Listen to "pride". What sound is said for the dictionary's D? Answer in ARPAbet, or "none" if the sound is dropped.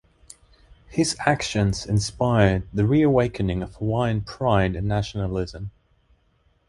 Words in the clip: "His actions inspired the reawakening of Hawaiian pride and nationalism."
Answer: none